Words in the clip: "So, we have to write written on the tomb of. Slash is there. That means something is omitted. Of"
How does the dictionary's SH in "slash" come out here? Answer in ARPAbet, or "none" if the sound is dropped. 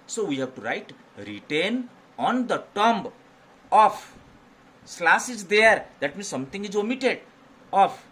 S